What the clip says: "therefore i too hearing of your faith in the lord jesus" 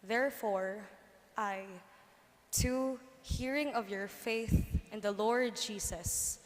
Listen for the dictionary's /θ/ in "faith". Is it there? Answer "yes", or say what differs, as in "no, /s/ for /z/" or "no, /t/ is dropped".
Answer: yes